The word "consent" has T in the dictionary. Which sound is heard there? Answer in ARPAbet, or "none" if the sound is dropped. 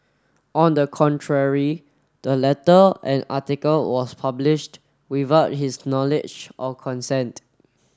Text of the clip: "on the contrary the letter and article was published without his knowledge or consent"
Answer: T